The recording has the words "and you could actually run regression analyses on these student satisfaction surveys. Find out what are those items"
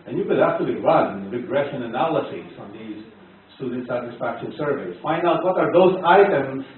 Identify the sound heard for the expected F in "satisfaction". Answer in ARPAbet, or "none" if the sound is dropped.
F